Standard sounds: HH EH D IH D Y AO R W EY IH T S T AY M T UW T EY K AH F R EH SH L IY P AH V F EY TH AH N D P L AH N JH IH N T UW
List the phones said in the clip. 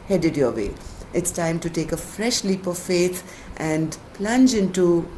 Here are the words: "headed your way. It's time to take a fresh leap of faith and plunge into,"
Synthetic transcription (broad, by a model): HH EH D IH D Y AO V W EY IH T S T AY M T UW T EY K AH F R EH SH L IY P AH V F EY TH AH N D P L AH N JH IH N T UW